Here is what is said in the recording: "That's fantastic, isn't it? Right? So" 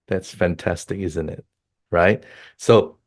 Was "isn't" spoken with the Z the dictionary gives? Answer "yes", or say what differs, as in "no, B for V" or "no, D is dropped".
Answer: yes